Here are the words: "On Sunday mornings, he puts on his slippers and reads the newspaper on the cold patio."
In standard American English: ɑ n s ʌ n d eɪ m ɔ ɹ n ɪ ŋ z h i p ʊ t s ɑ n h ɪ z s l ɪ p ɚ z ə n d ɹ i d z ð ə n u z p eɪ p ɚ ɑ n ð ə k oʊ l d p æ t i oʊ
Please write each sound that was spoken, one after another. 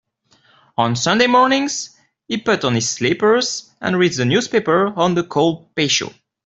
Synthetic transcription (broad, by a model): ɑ n s ʌ n d eɪ m ɔ ɹ n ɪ ŋ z h i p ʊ t ɑ n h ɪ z s l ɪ p ɚ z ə n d ɹ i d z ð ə n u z p eɪ p ɚ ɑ n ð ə k oʊ l d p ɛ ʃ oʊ